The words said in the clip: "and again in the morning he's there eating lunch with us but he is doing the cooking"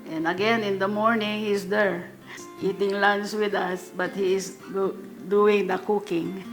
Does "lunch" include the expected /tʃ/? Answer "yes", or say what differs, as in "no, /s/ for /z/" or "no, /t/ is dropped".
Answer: no, /s/ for /tʃ/